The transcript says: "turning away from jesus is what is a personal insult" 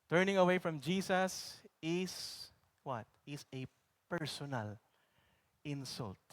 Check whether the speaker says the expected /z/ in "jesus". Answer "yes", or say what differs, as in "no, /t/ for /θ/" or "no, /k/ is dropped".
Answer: no, /s/ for /z/